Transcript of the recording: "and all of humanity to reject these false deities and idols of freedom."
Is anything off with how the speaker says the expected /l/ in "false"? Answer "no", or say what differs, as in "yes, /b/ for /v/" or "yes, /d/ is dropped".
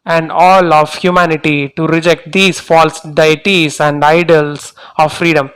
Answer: no